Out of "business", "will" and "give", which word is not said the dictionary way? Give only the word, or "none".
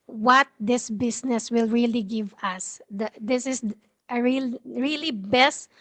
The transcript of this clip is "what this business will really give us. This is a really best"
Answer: business